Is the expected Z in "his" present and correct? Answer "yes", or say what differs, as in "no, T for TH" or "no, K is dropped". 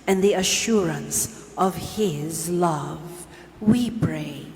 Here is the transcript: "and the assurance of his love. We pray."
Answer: yes